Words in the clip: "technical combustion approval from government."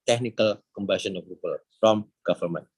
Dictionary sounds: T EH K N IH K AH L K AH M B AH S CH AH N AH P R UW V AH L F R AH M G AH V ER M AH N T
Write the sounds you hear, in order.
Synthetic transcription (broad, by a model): T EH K N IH K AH L K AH M B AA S AH N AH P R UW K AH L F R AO M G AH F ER M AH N